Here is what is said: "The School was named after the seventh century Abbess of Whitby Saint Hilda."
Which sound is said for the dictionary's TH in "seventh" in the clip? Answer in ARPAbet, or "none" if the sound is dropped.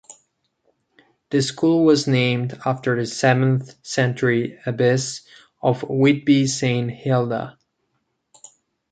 TH